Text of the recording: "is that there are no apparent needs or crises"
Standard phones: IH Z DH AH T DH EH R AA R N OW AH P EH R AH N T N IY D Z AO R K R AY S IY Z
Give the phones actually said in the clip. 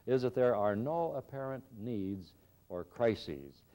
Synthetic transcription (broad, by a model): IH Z DH AH T DH EH R AA R N OW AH P EH R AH N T N IY D Z AO R K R AY S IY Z